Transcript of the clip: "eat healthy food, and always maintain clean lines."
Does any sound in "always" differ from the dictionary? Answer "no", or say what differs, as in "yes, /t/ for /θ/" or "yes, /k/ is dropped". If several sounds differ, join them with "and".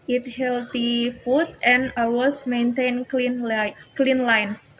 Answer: yes, /l/ is dropped and /s/ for /z/